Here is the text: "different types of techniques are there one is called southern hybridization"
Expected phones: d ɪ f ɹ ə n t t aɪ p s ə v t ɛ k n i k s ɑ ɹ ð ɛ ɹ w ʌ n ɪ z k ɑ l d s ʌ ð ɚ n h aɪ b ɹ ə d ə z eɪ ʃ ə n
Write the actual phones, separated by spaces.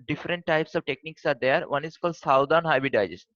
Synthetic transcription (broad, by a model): d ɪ f ɹ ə n t t aɪ p s ə v t ɛ k n i k s ɑ ɹ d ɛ ɹ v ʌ n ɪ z k ɑ l d s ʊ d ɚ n h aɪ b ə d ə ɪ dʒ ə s